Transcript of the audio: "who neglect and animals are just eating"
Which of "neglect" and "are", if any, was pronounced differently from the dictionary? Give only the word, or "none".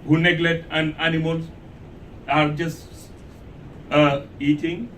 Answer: neglect